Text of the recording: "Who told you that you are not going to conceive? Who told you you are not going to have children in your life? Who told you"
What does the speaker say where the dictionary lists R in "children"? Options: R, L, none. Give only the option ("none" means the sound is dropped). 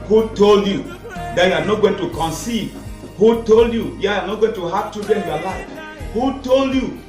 none